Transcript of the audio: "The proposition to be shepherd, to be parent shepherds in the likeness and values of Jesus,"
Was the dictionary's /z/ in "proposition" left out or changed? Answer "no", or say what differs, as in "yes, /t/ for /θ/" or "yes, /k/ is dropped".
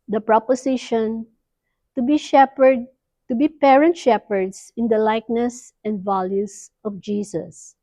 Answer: yes, /s/ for /z/